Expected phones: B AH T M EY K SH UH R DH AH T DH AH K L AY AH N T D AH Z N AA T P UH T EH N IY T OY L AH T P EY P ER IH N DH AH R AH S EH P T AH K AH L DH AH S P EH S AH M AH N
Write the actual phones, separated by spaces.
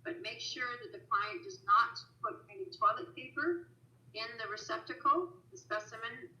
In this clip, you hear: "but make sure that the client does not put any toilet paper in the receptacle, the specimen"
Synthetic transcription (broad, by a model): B AH T M EY K SH UH R DH AH T DH AH K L AY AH N D AH Z N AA T P UH T EH N IY T OY L AH T P EY P ER IH N DH AH R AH S EH P T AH K L DH AH S P EH S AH M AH N